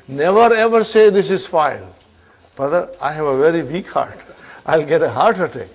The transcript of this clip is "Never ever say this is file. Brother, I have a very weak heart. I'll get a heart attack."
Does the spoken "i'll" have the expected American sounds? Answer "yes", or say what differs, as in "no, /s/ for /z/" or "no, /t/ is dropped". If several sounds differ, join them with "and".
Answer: yes